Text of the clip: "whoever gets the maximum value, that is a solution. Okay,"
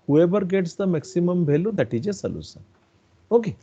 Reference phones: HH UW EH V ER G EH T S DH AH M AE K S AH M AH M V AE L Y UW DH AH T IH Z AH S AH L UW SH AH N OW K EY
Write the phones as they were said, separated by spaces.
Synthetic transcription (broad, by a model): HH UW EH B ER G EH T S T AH M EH K S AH M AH M B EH L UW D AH T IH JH AH S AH L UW S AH OW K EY